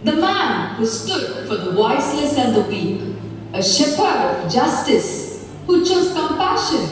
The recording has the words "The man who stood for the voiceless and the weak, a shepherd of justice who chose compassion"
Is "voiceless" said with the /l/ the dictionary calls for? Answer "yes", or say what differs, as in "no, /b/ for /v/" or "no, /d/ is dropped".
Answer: no, /n/ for /l/